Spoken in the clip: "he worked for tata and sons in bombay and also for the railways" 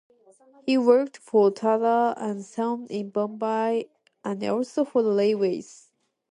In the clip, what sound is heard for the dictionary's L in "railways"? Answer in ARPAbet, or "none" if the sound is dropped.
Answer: none